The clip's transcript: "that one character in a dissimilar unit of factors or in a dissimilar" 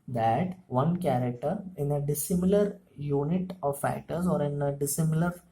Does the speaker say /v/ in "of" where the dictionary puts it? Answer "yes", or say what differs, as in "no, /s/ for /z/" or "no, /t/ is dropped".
yes